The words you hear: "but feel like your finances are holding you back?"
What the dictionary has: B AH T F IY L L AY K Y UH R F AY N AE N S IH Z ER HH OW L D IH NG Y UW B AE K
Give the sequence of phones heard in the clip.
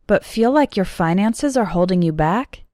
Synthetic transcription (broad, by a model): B AH T F IY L L AY K Y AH R F AY N AE N S IH Z ER HH OW L D IH NG Y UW B AE K